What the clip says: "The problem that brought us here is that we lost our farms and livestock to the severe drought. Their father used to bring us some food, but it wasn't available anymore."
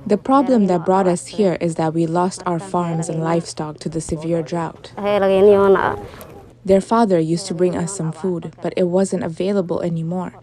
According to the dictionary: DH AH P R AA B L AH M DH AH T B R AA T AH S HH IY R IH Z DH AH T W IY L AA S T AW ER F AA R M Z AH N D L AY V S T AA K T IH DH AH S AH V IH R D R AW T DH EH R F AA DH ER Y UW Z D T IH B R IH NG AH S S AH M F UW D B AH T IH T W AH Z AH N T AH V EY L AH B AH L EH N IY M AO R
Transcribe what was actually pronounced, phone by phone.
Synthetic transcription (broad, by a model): DH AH P R AA B L AH M DH AH T B R AA T AH S HH IY R IH Z DH AH T W IY L AA S T AW ER F AA R M Z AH N L AY F S T AA K T IH DH AH S AH V IH R D R AW T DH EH R F AA DH ER Y UW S T IH B R IH NG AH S S AH M F UW D B AH T IH T W AH Z AH N T AH V EY L AH B AH L EH N IY M AO R